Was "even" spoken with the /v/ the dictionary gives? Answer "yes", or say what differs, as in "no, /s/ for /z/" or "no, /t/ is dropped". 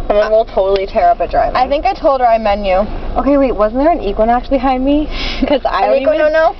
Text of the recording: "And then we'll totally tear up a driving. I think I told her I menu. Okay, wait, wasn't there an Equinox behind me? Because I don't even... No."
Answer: no, /v/ is dropped